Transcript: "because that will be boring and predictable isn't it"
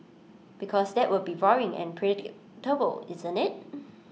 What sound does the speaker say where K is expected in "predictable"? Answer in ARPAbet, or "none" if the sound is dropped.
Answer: none